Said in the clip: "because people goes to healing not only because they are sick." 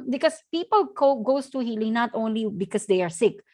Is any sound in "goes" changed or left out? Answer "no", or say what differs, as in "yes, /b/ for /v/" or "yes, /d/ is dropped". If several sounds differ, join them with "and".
yes, /s/ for /z/